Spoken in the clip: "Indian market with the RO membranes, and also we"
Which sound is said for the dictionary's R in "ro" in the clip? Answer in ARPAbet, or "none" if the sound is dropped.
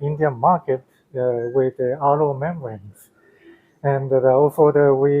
L